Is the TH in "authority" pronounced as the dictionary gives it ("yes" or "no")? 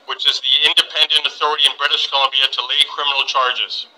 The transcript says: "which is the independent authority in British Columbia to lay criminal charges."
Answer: yes